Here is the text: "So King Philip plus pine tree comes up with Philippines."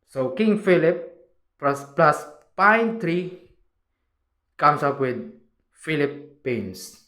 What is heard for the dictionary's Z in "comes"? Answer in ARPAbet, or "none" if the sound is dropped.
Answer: S